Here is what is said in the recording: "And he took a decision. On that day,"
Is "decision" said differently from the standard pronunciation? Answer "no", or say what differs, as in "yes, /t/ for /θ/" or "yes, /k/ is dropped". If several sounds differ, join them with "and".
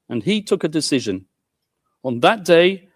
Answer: no